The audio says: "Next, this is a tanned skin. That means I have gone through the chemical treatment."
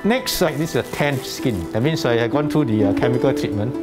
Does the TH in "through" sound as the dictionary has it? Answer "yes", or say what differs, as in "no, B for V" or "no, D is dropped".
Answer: no, T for TH